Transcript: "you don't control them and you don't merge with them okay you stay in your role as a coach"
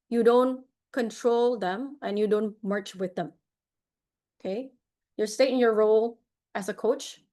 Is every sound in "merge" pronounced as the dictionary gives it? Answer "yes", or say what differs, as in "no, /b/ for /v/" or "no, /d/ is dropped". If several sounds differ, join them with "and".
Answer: no, /tʃ/ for /dʒ/